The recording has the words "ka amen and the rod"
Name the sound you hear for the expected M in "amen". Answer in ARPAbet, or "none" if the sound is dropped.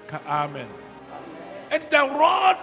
M